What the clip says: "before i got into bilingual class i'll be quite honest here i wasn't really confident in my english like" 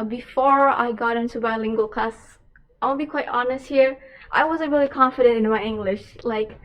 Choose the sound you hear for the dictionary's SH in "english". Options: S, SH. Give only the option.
SH